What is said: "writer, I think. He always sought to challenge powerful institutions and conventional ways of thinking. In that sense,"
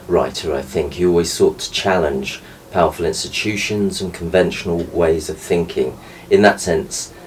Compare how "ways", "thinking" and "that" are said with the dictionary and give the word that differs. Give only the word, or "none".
none